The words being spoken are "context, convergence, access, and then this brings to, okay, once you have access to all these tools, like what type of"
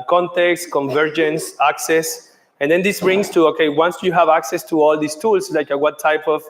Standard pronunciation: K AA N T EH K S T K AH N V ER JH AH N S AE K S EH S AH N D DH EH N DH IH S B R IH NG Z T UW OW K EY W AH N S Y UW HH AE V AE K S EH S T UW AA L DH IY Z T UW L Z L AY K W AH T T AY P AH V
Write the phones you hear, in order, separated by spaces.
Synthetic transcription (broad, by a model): K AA N T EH K S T K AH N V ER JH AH N S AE K S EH S AH N D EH N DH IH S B R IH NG S T UW OW K EY W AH N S Y UW HH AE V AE K S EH S T UW AA L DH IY S T UW L S L AY K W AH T T AY P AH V